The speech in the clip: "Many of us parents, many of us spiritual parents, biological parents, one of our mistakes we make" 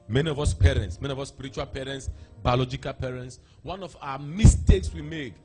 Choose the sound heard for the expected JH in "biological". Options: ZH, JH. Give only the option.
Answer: JH